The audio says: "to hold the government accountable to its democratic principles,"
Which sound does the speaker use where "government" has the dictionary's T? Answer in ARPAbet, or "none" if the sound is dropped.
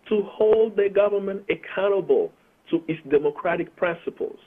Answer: T